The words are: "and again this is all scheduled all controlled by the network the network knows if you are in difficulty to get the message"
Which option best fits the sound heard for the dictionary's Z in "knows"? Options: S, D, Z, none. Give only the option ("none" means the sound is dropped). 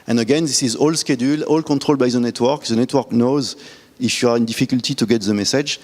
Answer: Z